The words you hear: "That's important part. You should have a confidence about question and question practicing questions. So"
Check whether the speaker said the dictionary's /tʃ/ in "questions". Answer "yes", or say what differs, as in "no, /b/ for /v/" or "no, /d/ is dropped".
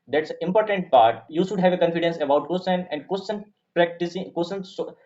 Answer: no, /tʃ/ is dropped